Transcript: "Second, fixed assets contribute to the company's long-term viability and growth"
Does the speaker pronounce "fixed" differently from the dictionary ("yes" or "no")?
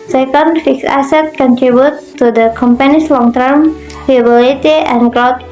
yes